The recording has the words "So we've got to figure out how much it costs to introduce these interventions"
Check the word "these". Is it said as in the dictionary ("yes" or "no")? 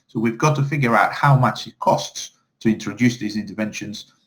yes